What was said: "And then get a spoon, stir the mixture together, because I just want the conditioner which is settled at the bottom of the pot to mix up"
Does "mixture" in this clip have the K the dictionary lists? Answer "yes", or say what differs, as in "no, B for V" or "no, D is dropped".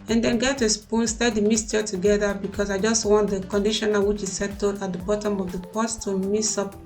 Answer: no, K is dropped